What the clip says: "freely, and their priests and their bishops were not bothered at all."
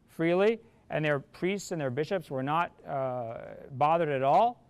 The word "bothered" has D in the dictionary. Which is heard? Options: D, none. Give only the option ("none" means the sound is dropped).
D